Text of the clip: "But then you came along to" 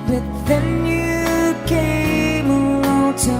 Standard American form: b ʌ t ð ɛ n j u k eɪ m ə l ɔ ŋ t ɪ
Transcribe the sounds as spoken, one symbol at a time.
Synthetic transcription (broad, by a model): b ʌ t ð ɛ n j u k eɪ ə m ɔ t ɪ